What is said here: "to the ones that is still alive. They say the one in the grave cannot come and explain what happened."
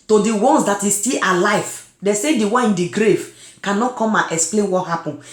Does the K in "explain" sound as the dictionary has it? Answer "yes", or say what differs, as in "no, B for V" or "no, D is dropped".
yes